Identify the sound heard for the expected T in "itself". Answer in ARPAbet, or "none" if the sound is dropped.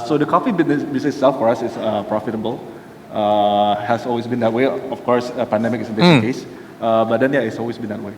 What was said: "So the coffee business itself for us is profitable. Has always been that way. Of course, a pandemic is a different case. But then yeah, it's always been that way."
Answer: S